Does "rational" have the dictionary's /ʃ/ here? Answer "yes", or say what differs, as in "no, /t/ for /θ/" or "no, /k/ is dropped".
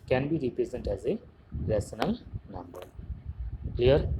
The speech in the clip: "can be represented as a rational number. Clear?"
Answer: no, /s/ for /ʃ/